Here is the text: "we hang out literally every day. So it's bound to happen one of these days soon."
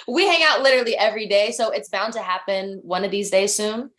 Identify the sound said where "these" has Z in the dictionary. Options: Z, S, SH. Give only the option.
Z